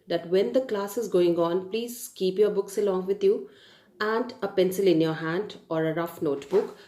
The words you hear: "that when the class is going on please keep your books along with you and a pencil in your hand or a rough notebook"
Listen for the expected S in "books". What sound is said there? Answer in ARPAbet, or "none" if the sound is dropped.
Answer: S